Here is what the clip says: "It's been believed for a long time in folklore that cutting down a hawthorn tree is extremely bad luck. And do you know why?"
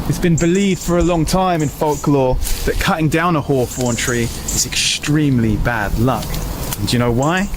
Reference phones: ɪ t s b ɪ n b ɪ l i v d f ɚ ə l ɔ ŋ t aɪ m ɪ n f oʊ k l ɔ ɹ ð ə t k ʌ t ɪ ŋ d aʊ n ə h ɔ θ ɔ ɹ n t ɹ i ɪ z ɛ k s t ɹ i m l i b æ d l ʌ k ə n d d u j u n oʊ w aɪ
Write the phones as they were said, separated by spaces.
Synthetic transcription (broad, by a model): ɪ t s b ɪ n b ɪ l i v d f ɚ ə l ɔ ŋ t aɪ m ɪ n f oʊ k l ɔ ð ə t k ʌ t ɪ ŋ d aʊ n ə h ɔ f ɔ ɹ n t ɹ i ɪ z ɛ k s t ɹ i m l i b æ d l ʌ k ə n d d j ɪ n oʊ w aɪ